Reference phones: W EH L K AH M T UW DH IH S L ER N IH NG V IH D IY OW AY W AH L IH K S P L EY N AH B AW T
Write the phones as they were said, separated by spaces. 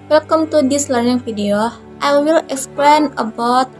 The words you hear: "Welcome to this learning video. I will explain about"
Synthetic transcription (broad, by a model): W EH L K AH M T UW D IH S L ER N IH NG F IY D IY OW AY W AH L IH K S P L EY N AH B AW T